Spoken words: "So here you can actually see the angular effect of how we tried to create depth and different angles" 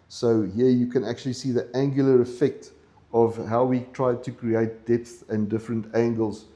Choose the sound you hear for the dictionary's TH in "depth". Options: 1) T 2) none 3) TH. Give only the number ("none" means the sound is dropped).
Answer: 3